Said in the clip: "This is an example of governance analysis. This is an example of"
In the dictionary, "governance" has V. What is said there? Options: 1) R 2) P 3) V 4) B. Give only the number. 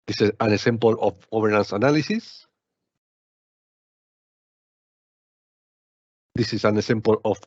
4